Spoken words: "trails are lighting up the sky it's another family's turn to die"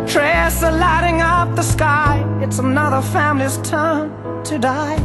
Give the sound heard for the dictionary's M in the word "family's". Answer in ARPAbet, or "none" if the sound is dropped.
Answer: M